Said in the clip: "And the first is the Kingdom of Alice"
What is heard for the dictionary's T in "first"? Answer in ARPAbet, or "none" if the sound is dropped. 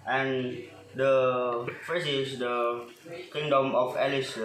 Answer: none